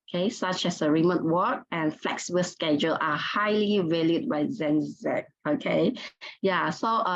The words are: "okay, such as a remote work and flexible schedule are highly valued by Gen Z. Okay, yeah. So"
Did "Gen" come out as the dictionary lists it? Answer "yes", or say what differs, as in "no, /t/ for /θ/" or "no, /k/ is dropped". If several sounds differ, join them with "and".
no, /z/ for /dʒ/